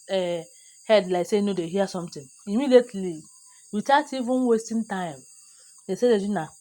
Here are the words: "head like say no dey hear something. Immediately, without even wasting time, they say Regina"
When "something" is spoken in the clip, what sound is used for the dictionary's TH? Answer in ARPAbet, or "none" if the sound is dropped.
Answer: T